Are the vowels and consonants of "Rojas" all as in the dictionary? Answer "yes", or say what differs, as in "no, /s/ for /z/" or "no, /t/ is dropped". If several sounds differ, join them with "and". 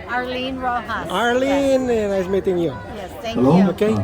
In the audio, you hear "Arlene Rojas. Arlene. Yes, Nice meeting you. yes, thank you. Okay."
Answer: no, /s/ is dropped